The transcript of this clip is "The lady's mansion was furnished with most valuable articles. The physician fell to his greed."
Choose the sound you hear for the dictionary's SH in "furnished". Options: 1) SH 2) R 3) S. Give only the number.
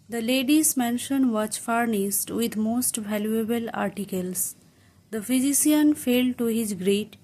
3